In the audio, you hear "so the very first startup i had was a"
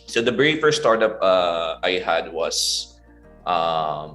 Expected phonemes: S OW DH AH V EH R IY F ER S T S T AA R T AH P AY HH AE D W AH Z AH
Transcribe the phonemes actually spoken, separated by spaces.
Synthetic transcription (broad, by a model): S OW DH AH B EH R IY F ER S S T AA R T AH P AY HH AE D W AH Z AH